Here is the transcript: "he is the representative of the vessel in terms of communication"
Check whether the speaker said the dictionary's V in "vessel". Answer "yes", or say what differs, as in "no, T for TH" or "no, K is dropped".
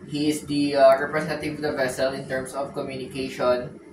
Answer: yes